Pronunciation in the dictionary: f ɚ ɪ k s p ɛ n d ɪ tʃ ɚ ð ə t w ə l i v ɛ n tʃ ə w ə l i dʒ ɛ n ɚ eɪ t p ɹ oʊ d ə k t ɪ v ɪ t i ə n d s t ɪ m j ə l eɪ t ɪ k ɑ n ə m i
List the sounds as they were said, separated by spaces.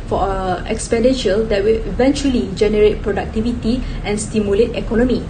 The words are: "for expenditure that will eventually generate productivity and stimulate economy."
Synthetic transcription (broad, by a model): f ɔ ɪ k s p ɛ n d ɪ ʃ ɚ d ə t w ə l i v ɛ n tʃ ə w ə l i dʒ ɛ n ɚ eɪ t p ɹ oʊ d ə k t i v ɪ t i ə n s t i m j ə l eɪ t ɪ k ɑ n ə m i